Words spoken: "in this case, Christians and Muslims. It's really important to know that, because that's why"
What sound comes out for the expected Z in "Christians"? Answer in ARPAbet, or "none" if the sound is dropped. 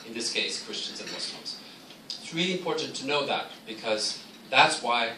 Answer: Z